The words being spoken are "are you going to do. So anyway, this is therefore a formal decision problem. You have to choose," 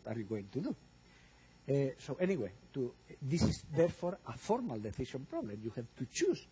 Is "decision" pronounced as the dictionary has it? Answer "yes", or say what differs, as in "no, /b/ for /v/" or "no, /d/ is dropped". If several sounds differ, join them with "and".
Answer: no, /θ/ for /s/ and /ʃ/ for /ʒ/